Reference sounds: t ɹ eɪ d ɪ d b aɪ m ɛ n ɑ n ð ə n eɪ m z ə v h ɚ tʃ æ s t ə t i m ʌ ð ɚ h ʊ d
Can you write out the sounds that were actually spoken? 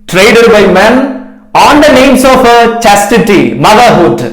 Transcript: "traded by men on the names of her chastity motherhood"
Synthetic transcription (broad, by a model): t ɹ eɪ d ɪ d b aɪ m ɛ n ɑ n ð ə n eɪ m s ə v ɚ tʃ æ s t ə t i m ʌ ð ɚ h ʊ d